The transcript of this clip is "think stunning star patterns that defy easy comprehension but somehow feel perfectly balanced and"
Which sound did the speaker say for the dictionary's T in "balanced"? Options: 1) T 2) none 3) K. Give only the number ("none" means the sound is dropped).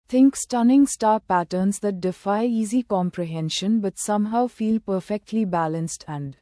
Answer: 1